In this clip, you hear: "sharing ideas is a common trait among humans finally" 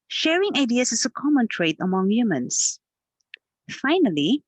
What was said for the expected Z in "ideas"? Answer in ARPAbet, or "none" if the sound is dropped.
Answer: S